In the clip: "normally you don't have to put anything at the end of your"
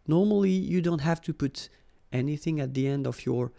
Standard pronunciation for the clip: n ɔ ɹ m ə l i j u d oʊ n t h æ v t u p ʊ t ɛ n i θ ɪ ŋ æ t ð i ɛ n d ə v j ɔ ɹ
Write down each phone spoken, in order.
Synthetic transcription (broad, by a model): n ɔ ɹ m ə l i j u d oʊ n t h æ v t u p ʊ t ɛ n i θ ɪ ŋ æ t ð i ɛ n d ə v j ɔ ɹ